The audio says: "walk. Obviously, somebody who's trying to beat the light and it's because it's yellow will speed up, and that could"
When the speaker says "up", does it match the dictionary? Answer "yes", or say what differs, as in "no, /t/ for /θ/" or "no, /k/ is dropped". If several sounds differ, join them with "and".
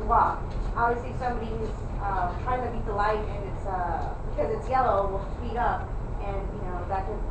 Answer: yes